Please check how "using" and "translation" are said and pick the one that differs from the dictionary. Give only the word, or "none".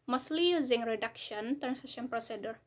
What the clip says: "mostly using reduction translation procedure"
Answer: translation